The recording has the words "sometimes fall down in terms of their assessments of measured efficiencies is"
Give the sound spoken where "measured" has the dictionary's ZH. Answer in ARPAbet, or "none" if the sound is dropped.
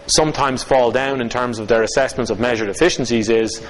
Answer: ZH